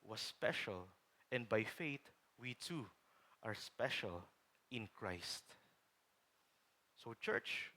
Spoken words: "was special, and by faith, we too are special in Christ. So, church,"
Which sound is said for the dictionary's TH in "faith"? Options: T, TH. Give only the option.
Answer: T